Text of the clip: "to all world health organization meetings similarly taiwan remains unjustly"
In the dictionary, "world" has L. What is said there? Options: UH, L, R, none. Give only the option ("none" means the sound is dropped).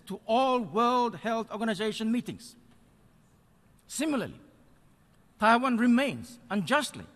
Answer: L